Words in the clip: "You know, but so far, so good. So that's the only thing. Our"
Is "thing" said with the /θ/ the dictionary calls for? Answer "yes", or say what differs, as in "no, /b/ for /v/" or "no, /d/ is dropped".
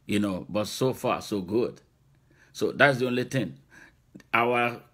no, /t/ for /θ/